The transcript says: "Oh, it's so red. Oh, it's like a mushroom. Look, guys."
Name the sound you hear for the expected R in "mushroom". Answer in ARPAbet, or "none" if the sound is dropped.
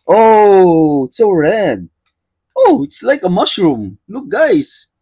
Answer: R